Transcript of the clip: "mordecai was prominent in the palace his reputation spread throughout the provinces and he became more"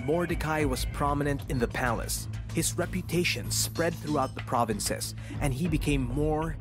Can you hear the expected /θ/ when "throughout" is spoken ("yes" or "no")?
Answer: yes